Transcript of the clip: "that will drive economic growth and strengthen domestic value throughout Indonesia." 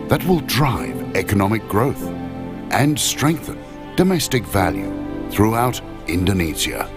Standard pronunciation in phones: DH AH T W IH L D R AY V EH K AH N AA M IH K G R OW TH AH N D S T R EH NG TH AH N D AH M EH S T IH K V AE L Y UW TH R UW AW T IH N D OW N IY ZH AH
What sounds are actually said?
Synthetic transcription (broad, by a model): DH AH T W IH L D R AY V EH K AH N AA M IH K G R OW TH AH N S T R EH NG TH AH N D AH M EH S T IH K V AE L Y UW TH R UW AW T IH N D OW N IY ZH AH